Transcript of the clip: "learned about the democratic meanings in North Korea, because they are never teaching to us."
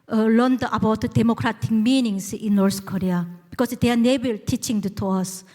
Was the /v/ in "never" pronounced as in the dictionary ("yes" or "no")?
no